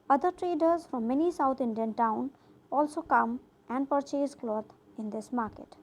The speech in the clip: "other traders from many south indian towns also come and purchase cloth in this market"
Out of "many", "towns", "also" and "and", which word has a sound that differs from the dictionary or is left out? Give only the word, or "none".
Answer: towns